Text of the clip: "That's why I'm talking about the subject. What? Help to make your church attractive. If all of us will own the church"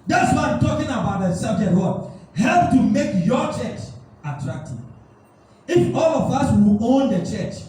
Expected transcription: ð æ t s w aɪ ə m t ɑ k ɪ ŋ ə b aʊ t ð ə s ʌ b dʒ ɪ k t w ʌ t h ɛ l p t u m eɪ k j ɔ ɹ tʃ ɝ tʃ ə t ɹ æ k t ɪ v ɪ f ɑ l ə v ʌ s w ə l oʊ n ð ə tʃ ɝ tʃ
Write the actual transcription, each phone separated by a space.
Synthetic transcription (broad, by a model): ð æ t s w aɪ ə m t ɑ k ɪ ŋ ə b aʊ t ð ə s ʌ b dʒ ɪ t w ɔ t h ɛ l p t u m eɪ k j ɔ tʃ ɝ tʃ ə t ɹ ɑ k t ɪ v ɪ f ɑ l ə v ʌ s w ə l oʊ n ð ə tʃ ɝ tʃ